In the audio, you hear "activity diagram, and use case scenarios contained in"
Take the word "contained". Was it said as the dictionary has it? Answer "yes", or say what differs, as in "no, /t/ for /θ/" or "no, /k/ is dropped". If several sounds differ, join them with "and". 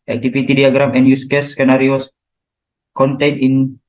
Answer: no, /d/ is dropped